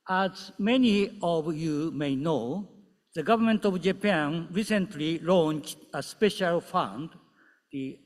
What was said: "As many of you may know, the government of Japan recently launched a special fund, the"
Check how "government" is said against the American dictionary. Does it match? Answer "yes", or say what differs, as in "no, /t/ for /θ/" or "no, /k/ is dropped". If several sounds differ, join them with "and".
yes